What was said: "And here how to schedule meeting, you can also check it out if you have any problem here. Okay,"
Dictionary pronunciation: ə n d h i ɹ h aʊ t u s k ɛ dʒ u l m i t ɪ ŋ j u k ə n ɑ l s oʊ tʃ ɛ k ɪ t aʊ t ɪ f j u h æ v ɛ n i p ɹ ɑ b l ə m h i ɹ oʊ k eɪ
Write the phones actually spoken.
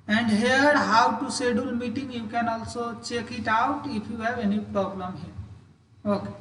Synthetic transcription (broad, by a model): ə n d h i ɹ h aʊ t u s ɛ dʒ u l m i t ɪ ŋ j u k ə n ɑ l s oʊ tʃ ɛ k ɪ t aʊ t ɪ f j u h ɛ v ɛ n i p ɹ ɑ b l ə m h i ɹ oʊ k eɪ